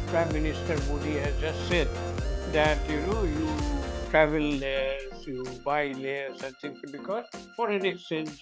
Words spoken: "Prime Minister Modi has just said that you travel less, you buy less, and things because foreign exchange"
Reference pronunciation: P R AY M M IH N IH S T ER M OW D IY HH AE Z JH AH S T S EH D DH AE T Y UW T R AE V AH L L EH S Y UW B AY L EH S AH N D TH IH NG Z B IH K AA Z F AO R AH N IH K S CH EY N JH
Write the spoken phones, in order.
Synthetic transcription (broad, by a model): P R AY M M IH N IH S T ER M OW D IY HH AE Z JH AH S T S EH D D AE T Y UW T R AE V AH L L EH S Y UW B AY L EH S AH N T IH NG B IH K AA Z F AO R AH N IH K S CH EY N